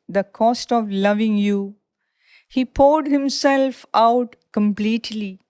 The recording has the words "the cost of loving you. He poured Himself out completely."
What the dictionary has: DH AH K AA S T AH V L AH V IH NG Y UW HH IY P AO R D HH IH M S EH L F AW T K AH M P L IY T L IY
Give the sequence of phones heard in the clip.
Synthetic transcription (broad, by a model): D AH K AA S T AH V L AH V IH NG Y UW HH IY P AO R D HH IH M S EH L F AW T K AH M P L IY T L IY